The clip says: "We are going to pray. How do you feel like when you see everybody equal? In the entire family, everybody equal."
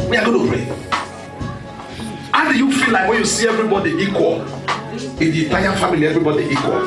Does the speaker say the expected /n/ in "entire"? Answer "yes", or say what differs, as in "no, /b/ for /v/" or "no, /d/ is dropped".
no, /n/ is dropped